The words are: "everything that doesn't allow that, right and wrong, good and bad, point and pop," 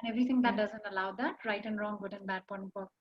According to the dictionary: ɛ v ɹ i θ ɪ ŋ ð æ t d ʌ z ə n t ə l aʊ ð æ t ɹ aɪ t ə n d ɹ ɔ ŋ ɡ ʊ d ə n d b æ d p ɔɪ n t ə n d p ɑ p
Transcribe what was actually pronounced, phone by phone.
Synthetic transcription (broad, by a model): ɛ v ɹ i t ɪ ŋ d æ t d ʌ z ə n t ə l aʊ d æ t ɹ aɪ t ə n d ɹ ɔ ŋ ɡ ʊ d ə n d b æ d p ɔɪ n ə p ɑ